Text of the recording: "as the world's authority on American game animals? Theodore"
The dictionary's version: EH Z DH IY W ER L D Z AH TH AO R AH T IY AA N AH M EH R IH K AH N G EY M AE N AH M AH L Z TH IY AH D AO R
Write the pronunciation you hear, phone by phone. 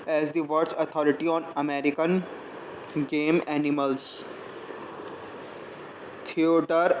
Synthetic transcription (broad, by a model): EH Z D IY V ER D S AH T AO R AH T IY AA N AH M EH R IH K AH N G EY M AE N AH M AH L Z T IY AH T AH R